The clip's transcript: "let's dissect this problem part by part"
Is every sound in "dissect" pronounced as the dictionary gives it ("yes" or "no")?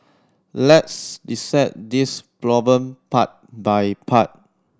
no